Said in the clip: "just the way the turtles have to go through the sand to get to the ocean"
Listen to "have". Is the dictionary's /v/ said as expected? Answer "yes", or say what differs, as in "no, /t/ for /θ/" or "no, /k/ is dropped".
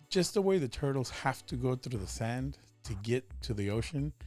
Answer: no, /f/ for /v/